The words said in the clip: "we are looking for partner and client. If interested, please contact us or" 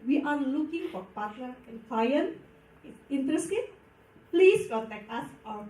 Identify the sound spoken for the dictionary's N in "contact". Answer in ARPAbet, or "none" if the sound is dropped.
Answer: none